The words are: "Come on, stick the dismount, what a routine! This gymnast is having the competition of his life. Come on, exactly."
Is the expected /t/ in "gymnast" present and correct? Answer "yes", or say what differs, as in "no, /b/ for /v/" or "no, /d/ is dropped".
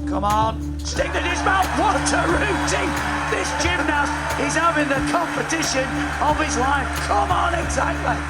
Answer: no, /t/ is dropped